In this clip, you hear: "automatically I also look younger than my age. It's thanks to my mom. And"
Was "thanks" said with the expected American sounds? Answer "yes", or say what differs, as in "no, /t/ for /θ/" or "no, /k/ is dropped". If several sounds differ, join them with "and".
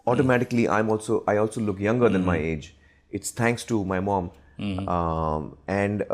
no, /t/ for /θ/